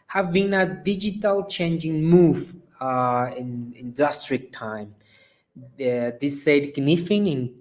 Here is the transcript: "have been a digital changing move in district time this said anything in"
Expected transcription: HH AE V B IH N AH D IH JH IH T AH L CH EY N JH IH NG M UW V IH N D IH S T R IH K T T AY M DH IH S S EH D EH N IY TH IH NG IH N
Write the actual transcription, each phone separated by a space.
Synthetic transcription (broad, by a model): HH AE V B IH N AH D IH JH IH T AH L CH EY N JH IH NG M UW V IH N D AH S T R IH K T T AY M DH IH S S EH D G N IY F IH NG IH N